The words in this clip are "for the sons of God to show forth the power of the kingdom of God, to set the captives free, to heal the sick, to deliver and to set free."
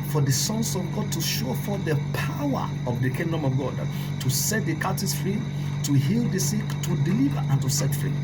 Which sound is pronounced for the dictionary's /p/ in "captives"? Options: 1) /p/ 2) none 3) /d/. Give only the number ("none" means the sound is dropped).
2